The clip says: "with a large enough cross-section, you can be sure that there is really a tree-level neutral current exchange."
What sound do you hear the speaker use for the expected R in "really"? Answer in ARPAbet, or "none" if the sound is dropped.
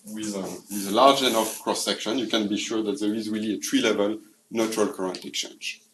R